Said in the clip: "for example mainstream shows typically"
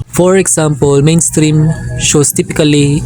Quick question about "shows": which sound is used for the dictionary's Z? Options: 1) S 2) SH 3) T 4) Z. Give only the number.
1